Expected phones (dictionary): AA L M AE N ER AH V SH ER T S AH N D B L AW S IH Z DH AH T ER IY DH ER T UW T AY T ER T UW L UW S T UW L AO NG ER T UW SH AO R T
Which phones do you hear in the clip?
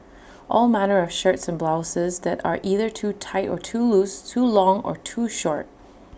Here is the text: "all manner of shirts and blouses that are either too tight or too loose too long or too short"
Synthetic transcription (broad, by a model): AA L M AE N ER AH V SH ER T S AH N B L AW S IH Z DH AH T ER IY DH ER T UW T AY T ER T UW L UW S T UW L AO NG ER T UW SH AO R T